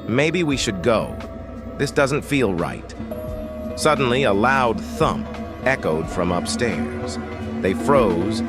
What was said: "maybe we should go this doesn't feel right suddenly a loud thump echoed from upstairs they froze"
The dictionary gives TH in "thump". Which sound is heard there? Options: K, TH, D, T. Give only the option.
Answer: TH